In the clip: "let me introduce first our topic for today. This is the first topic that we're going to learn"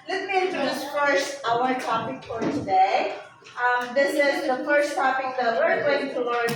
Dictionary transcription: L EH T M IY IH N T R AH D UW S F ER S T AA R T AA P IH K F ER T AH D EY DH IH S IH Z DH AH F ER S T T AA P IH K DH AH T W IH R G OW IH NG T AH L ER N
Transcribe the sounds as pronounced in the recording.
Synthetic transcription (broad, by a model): L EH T M IY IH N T AH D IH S F ER S T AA W T AA P IH K F ER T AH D EY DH IH S IH Z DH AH F ER S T T AA P IH K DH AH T W IH R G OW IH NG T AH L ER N